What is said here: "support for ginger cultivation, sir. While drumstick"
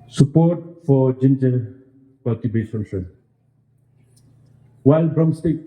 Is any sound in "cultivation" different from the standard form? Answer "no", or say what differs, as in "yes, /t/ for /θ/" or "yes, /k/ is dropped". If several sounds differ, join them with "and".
yes, /b/ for /v/